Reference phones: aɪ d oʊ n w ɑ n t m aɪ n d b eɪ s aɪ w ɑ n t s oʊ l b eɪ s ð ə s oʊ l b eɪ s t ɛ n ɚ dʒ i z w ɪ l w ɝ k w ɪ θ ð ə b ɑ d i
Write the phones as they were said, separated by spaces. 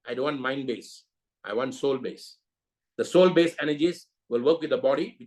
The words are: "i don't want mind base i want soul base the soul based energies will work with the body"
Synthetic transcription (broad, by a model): aɪ d oʊ n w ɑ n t m aɪ n d b eɪ s aɪ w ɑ n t s oʊ l b eɪ s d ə s oʊ l b eɪ s ɛ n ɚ dʒ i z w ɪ l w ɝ k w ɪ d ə b ɑ d i